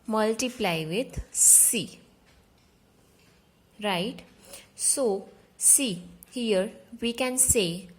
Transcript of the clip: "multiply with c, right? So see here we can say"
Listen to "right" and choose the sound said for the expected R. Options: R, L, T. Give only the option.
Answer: R